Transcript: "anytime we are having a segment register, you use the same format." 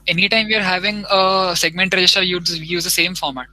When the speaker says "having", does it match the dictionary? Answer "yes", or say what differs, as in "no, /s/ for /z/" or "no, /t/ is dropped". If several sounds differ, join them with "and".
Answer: yes